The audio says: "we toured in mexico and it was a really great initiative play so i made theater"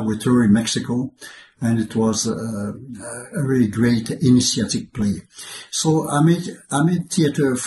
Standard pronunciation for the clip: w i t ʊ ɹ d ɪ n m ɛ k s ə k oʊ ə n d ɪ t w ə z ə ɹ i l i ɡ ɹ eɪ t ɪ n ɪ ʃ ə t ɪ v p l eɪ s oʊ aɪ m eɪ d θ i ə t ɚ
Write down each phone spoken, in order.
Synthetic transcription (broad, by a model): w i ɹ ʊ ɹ ɪ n m ɛ k s ə k oʊ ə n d ɪ t w ə z ə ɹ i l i ɡ ɹ eɪ t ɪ n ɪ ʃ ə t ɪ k p l eɪ s oʊ aɪ m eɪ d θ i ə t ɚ